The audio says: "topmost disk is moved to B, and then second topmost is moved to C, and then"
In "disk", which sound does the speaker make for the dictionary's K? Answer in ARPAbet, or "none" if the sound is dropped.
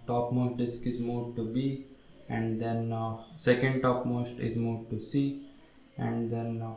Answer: K